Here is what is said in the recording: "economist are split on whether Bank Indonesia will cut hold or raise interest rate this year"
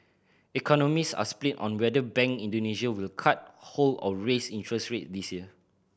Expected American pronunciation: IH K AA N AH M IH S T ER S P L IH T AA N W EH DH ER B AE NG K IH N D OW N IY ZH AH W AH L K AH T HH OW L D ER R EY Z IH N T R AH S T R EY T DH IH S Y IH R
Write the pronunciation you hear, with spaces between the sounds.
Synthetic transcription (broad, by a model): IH K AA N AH M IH S AA S P L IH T AA N W EH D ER B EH NG K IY N D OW N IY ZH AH W AH L K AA T HH OW L AO R EY S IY N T R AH S R EY T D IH S Y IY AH